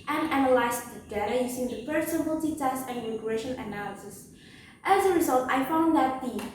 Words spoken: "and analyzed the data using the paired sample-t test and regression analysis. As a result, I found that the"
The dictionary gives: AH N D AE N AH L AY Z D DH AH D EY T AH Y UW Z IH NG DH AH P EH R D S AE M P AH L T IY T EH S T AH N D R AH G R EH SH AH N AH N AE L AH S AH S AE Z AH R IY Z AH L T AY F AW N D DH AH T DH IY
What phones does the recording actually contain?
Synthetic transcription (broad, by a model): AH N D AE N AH L AY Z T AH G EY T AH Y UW S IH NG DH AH F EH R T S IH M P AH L T IY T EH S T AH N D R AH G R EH SH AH N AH N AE L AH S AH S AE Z AH R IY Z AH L T AY F AW N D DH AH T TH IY